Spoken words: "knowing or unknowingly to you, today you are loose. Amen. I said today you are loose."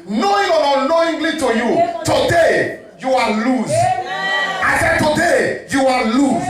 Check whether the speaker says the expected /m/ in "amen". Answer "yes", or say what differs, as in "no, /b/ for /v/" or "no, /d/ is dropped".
no, /m/ is dropped